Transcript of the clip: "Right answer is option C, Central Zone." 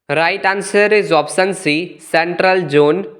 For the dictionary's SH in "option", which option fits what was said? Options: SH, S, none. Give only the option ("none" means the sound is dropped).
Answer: S